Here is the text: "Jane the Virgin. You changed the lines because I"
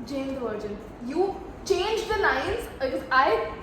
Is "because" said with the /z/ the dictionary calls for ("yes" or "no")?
no